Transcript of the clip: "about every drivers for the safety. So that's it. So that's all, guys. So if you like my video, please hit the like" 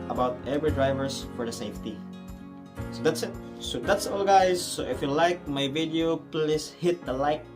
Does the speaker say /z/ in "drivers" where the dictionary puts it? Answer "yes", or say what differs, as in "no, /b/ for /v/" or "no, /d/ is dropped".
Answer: no, /s/ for /z/